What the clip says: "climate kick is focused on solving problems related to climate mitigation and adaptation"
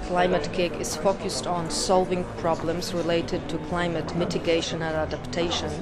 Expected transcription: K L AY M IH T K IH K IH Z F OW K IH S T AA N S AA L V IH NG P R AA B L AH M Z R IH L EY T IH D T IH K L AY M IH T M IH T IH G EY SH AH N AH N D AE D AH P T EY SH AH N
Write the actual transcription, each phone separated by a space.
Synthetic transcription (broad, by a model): K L AY M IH T K IH K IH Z F OW K IH S T N S AA L V IH NG P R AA B L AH M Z R IH L EY T IH D T IH K L AY M IH T M IH T IH G EY SH AH N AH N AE D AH P T EY SH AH N